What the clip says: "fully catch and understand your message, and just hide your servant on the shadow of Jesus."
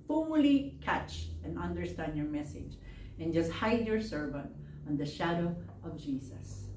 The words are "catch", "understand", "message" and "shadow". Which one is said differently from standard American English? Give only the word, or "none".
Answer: none